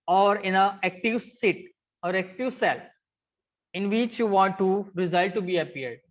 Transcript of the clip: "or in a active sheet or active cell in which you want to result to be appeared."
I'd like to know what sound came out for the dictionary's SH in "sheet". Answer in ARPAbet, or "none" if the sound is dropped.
S